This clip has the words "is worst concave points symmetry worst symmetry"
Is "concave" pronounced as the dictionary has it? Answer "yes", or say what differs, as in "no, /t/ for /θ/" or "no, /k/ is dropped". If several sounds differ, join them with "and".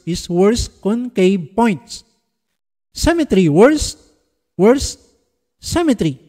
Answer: no, /b/ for /v/